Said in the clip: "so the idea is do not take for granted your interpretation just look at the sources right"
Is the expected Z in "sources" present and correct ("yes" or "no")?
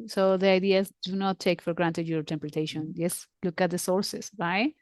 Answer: no